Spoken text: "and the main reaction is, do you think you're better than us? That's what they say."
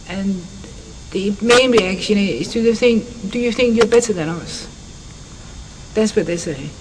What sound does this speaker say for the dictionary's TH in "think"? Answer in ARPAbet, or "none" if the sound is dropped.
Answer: TH